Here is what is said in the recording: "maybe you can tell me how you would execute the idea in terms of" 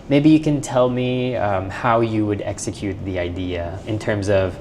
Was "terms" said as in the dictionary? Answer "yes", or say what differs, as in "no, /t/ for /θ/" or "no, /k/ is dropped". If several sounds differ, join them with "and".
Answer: yes